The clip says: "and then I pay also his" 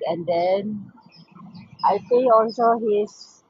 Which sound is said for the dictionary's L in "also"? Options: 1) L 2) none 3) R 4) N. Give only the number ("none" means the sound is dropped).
1